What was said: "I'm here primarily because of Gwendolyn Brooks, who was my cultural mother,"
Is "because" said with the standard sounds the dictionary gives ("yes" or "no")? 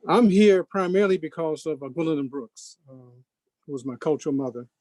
yes